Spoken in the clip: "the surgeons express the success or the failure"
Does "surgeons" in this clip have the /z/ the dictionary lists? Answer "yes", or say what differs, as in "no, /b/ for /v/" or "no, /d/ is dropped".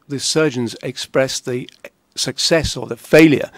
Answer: yes